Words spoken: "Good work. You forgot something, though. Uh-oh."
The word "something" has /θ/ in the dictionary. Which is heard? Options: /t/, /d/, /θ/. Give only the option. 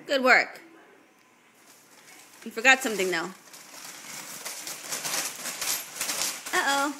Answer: /θ/